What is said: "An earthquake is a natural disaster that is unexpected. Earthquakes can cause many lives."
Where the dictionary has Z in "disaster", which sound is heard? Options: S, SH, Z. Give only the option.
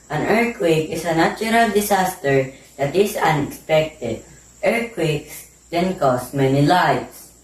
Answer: S